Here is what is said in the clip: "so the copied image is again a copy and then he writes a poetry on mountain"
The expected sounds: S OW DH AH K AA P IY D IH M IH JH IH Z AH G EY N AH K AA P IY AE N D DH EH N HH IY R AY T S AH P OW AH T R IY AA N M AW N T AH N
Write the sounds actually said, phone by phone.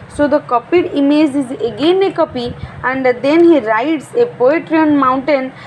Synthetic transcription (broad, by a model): S OW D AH K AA P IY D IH M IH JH IH Z AH G EY N AH K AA P IY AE N D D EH N HH IY R AY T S AH P OW AH T R IY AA N M AW N T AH N